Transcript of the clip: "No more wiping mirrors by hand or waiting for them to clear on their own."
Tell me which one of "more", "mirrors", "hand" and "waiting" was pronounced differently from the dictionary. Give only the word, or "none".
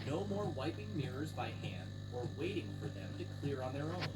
none